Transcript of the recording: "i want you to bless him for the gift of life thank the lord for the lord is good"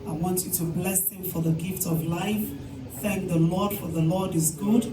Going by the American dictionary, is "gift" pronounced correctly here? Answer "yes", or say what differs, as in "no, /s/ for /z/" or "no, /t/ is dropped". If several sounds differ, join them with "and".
yes